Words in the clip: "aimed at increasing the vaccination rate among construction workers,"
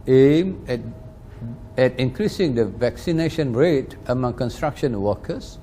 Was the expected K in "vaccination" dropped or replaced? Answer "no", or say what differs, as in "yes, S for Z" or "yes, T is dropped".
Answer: no